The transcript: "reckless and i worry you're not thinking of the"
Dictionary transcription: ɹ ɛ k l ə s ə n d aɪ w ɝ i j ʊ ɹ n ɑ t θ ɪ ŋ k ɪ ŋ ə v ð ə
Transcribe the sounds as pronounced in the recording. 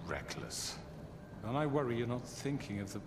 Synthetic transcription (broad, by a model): ɹ ɛ k l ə s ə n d aɪ w ɝ i j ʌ ɹ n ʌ t θ ɪ ŋ k ɪ ŋ ə v ð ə